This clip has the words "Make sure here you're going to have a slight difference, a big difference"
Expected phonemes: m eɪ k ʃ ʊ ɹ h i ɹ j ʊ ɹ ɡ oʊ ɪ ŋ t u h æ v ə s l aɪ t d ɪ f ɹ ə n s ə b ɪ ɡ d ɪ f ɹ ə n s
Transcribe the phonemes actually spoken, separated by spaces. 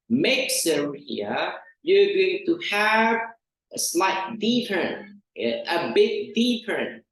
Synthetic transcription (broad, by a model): m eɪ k s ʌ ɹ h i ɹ j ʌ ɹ ɡ oʊ ɪ ŋ t u h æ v ə s l aɪ t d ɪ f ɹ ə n ə b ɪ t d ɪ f ɹ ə n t